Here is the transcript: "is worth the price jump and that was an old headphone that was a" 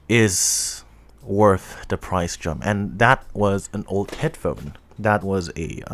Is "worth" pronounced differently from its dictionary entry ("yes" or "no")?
no